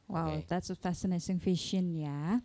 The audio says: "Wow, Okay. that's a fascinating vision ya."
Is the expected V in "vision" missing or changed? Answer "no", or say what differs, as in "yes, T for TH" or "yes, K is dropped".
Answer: yes, F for V